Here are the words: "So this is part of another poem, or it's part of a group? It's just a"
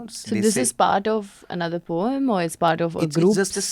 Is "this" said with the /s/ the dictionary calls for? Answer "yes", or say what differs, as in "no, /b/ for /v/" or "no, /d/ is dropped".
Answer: yes